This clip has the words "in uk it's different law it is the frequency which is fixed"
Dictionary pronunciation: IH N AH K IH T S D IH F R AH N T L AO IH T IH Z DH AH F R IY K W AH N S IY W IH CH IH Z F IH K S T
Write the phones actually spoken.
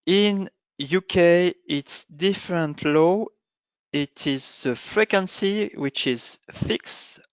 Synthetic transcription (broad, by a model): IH N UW K IH T S D IH F R AH N T L AO IH T IH Z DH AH F R IY K W AH N S IY W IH CH IH Z F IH K S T